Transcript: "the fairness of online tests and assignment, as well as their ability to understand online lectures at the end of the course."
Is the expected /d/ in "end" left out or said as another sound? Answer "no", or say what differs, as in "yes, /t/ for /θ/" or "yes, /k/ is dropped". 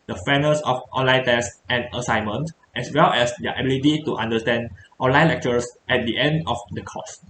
no